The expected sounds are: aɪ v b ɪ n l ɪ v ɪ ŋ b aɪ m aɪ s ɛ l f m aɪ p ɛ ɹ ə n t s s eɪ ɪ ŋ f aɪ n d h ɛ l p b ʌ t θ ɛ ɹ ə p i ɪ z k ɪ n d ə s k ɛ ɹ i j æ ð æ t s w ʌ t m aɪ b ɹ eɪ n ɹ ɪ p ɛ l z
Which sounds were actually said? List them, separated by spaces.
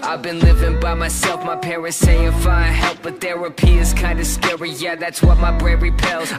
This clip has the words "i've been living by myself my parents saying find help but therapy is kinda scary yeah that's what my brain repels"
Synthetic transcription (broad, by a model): aɪ v b ɪ n l ɪ v ɪ ŋ b aɪ m aɪ s ɛ l f m aɪ p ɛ ɹ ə n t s s eɪ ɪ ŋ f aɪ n h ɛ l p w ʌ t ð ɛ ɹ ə p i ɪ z k ɪ n d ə s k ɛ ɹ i j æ ð æ t s w ʌ t m aɪ b ɹ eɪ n ɹ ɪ p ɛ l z